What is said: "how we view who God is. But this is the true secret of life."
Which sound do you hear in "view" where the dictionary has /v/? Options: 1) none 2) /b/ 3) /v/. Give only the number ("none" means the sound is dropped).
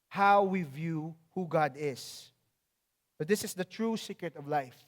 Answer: 3